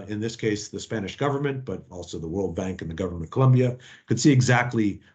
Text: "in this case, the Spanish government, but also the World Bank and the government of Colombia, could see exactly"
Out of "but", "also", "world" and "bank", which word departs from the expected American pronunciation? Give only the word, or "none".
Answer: none